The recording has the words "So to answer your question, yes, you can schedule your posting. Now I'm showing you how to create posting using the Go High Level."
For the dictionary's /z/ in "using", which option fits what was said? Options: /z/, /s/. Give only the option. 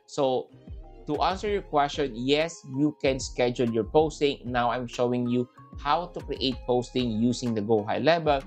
/s/